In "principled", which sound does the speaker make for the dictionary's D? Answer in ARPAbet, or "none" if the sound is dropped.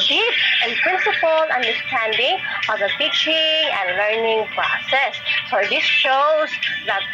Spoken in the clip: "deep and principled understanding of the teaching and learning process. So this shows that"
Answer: none